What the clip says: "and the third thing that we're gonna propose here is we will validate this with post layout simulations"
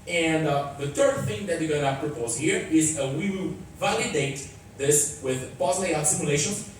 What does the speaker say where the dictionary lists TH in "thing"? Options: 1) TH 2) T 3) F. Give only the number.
1